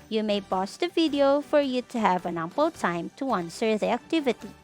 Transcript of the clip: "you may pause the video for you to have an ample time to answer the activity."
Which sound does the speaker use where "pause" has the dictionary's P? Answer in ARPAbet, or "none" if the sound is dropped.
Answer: B